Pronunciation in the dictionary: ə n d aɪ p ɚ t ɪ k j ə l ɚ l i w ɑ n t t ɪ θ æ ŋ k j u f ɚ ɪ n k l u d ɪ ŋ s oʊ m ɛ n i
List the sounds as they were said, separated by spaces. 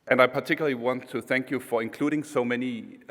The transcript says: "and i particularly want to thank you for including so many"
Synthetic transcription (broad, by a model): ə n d aɪ p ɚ t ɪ k j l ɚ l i w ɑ n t t ɪ θ æ ŋ k j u f ɚ ɪ n k l u d ɪ ŋ s oʊ m ɛ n i